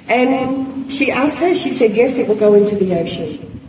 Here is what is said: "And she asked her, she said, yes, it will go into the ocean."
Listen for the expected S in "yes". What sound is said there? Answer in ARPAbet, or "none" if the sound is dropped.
S